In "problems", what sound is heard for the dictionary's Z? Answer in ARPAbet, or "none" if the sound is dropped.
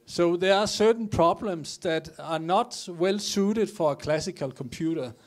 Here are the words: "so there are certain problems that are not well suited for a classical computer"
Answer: S